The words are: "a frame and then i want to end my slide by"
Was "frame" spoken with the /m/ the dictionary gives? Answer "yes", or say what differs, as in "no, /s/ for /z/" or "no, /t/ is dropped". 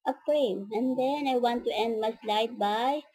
no, /m/ is dropped